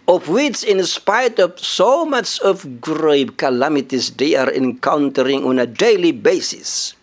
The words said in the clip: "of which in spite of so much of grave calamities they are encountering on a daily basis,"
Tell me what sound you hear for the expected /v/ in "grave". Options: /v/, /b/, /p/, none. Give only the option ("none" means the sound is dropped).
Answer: /b/